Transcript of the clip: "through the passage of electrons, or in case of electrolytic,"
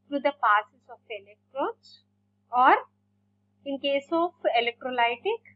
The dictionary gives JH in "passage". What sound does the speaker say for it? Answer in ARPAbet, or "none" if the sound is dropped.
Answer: Z